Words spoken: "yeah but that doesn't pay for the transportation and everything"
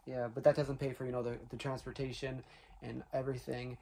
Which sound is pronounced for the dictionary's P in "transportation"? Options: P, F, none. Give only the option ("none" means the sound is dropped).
P